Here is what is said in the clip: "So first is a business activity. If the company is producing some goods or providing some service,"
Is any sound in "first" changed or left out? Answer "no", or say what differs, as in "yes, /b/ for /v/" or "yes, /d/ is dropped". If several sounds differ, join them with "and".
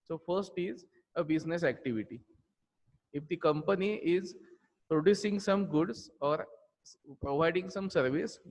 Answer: no